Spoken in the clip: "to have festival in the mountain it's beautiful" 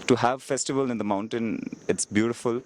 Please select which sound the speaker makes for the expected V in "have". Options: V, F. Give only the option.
V